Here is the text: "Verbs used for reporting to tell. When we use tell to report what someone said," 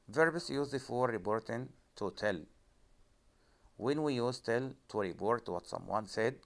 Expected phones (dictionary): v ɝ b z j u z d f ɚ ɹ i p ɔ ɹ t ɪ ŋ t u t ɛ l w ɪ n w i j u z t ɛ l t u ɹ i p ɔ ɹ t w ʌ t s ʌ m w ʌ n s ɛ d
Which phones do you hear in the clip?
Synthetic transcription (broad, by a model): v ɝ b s j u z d f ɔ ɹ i b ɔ ɹ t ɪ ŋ t u t ɛ l w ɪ n w i j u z t ɛ l t u ɹ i b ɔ ɹ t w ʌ t s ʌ m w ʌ n s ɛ d